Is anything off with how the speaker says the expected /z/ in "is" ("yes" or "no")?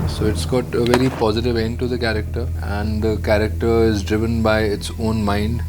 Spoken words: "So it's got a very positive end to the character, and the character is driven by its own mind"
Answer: no